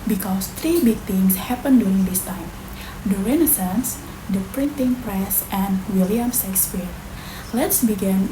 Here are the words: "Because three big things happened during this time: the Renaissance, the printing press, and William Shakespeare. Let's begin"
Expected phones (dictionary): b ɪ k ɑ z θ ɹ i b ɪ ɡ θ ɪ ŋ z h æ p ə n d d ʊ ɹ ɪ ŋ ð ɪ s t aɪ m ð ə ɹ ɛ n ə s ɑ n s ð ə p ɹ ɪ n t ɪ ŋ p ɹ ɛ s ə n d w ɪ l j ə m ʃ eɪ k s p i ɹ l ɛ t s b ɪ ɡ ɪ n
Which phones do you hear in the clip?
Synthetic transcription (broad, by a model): b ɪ k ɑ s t ɹ i b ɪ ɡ t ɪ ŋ s h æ p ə n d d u ɹ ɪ ŋ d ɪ s t aɪ m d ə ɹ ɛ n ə s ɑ n s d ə p ɹ ɪ n t ɪ ŋ p ɹ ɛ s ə n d w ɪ l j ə m s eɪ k s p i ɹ l ɛ t s b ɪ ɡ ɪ n